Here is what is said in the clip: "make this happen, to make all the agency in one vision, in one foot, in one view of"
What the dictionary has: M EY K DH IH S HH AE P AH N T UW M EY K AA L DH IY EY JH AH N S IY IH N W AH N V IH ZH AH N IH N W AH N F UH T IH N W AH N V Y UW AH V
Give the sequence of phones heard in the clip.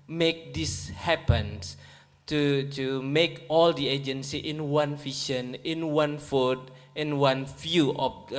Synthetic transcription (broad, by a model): M EY K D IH S HH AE P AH N T UW M EY K AA L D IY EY JH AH N S IY IH N W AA N F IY SH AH N IH N W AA N F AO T IH N W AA N F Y UW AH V